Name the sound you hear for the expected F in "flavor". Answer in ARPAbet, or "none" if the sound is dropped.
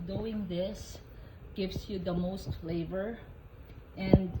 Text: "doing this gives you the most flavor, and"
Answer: F